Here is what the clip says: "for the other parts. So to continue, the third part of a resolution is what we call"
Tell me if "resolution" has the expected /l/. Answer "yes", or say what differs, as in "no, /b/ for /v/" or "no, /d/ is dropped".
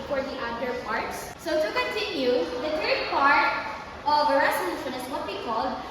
no, /n/ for /l/